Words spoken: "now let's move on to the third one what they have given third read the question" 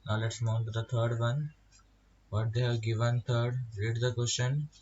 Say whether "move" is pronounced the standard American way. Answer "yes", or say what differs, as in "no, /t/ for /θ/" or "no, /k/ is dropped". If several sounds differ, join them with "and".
no, /v/ is dropped